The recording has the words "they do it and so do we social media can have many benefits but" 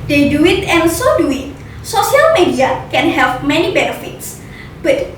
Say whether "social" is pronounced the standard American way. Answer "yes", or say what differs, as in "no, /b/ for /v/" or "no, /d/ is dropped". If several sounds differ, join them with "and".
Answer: no, /s/ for /ʃ/